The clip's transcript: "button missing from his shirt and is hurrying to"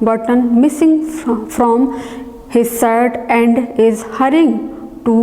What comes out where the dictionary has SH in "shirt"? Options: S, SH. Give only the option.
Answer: S